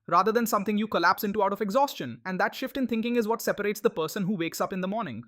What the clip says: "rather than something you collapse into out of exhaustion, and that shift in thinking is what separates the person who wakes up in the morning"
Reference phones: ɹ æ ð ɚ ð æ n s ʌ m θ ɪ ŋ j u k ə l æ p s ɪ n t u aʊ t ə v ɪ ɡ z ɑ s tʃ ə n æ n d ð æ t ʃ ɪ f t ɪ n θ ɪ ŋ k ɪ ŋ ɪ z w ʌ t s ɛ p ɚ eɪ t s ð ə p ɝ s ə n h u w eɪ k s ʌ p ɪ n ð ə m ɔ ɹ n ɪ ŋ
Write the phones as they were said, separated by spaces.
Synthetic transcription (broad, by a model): ɹ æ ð ɚ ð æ n s ʌ m t ɪ ŋ j u k ə l æ p s ɪ n t u aʊ t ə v ɪ ɡ z ɑ s tʃ ə n æ n d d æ t ʃ ɪ f t ɪ n t ɪ ŋ k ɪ ŋ ɪ z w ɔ t s ɛ p ɚ eɪ t s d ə p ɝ s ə n h u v eɪ k s ʌ p ɪ n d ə m ɔ ɹ n ɪ ŋ